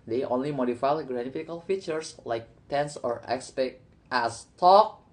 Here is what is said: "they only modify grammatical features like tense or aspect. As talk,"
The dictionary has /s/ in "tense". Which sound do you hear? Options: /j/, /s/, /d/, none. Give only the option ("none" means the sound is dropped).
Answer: /s/